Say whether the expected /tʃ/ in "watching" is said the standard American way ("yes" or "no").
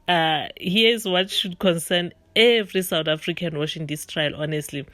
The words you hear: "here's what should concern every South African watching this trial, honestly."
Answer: no